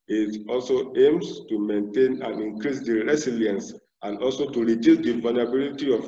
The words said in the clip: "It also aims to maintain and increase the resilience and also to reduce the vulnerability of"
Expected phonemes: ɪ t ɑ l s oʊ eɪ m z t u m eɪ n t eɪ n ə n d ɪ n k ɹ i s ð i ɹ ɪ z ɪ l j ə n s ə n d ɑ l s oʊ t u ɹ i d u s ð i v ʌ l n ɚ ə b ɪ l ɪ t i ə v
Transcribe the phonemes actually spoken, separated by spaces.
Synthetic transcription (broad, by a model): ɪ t ɑ l s oʊ eɪ m s t u m eɪ n t eɪ n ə n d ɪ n k ɹ i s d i ɹ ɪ s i l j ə n s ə n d ɑ l s oʊ t u ɹ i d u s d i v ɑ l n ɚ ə b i l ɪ t i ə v